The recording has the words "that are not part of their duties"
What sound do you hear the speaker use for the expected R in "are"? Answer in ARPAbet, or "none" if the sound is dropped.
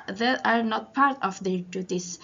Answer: R